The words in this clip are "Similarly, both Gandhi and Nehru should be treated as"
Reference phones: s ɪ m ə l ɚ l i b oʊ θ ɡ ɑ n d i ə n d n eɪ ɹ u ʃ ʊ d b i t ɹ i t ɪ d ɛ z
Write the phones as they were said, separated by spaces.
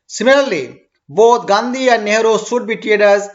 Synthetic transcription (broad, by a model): s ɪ m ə l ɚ l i b oʊ t ɡ ɑ n d i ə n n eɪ ɹ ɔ s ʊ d b i t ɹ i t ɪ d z